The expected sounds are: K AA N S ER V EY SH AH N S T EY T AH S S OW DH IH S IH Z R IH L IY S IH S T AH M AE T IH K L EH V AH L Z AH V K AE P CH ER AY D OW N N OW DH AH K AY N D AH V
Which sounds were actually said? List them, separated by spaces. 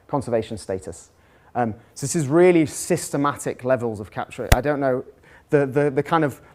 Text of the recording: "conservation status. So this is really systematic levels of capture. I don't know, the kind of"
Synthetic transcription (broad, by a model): K AA N S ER V EY SH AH N S T EY T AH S S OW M IH S IH Z R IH L IY S IH S T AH M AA T IH K L EH V AH L Z AH V K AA P CH ER AY D OW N N OW DH AH K AY N D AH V